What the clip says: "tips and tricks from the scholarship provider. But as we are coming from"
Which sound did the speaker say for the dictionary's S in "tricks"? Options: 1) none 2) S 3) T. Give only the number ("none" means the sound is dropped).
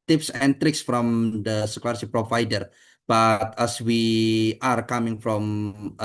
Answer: 2